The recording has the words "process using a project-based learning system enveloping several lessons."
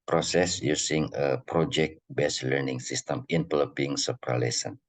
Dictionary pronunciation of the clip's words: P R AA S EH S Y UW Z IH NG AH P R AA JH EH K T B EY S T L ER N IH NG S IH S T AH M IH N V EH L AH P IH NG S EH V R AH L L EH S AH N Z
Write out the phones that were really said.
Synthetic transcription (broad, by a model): P R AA S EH S Y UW S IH NG AH P R AA JH EH K T B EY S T L ER N IH NG S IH S T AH M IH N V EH L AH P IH NG S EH P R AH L L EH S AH N